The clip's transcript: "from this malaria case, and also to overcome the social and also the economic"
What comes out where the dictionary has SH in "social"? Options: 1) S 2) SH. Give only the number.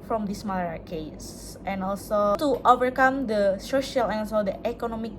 2